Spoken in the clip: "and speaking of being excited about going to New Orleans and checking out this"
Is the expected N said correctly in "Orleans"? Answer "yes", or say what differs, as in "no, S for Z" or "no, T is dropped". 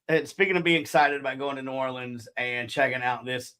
yes